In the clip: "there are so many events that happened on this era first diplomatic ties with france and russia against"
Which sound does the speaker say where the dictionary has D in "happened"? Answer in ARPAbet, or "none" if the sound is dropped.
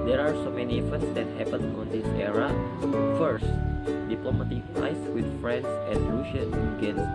none